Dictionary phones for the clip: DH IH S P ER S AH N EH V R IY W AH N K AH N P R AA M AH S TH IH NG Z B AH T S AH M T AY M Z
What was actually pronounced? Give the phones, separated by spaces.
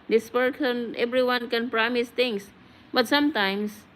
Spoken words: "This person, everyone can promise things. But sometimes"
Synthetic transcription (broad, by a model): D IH S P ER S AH N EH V R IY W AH N K AH N P R AA M AH S T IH NG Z B AH T S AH M T AY M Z